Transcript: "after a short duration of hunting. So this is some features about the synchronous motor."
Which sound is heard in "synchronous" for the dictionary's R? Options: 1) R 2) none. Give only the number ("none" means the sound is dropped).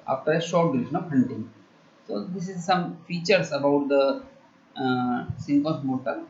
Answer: 2